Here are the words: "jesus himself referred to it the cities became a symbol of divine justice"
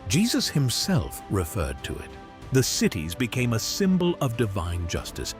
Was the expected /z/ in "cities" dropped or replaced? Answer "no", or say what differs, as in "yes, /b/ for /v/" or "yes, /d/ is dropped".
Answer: no